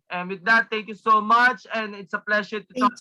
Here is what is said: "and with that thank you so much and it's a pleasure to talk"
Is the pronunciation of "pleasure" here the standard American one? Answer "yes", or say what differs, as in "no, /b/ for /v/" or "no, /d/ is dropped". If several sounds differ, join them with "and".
no, /ʃ/ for /ʒ/